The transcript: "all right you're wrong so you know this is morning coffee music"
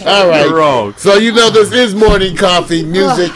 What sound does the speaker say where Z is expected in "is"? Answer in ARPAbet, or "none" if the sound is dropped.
Z